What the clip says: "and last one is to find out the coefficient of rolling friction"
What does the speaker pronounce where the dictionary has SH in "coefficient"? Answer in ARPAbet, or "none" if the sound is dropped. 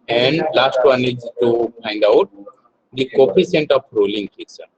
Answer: S